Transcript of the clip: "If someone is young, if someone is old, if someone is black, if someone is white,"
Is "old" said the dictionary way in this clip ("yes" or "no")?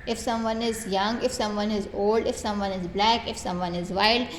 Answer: yes